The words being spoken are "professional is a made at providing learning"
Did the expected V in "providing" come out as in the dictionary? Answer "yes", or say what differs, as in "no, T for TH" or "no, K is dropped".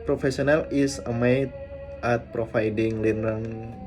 no, F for V